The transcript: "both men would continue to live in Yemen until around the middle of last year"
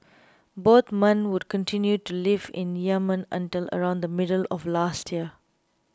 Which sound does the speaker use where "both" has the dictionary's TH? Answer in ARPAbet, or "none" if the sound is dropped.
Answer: T